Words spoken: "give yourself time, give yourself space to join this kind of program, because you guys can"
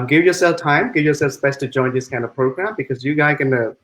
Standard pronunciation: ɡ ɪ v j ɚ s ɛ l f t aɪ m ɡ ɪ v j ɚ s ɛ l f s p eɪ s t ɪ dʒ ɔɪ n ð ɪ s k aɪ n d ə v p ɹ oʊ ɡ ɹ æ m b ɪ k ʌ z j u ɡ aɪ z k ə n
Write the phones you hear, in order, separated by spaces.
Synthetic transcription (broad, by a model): ɡ ɪ v j ɚ s ɛ l f t aɪ m ɡ ɪ v j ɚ s ɛ l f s b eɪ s t ɪ dʒ ɔɪ n ð ɪ s k aɪ n d ə v p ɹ oʊ ɡ ɹ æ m b ɪ k ʌ z j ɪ ɡ aɪ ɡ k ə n